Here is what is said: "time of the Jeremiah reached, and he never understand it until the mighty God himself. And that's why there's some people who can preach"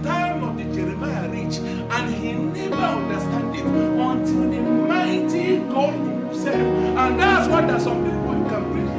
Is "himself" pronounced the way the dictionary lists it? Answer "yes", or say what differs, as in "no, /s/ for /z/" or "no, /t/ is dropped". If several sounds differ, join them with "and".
no, /m/ is dropped